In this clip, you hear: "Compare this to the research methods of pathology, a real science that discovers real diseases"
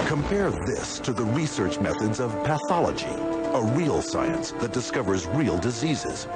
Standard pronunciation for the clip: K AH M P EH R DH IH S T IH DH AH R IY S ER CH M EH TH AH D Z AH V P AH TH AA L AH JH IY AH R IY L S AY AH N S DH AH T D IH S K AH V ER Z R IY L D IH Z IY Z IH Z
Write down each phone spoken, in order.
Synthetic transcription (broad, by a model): K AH M P EH R DH IH S T IH DH AH R IY S ER CH M EH TH AH D Z AH V P AH TH AA L AH JH IY AH R IY L S AY AH N S DH AH T D IH S K AH V ER Z R IY L D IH Z IY Z IH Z